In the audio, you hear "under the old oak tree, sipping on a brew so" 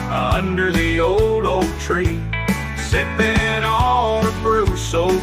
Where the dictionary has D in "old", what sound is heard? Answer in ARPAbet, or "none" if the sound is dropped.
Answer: D